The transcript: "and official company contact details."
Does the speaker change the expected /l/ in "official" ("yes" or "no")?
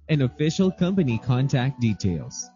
no